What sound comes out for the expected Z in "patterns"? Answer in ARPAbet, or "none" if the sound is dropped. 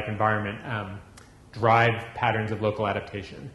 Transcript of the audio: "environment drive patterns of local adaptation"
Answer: Z